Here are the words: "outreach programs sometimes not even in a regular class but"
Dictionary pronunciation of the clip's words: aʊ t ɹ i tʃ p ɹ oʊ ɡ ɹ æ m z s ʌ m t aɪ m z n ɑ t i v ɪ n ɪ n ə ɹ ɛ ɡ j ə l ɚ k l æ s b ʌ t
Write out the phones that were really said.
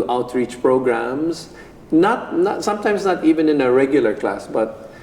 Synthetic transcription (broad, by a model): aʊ t ɹ i tʃ p ɹ oʊ ɡ ɹ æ m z s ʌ m t aɪ m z n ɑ t i v ɪ n ɪ n ə ɹ ɛ ɡ j ə l ɚ k l æ s b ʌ t